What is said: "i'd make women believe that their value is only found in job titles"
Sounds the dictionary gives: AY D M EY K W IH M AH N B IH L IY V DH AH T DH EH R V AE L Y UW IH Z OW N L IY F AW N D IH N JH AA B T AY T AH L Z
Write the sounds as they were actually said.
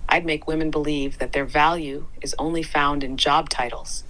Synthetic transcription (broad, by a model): AY D M EY K W IH M AH N B IH L IY V DH AH T DH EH R V AE L Y UW IH Z OW N L IY F AW N D IH N JH AA B T AY T L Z